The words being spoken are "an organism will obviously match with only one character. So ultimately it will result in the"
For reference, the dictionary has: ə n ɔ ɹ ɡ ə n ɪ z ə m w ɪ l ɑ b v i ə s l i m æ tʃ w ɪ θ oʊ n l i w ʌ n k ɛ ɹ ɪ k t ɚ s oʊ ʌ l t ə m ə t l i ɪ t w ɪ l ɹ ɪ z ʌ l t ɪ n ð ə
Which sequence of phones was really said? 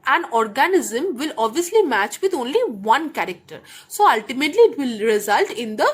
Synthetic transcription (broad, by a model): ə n ɔ ɹ ɡ ə n ɪ z ə m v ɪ l ɑ b v i ə s l i m æ tʃ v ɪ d oʊ n l i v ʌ n k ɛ ɹ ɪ k t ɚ s oʊ ʌ l t ə m ə t l i ɪ t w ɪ l ɹ ɪ z ʌ l t ɪ n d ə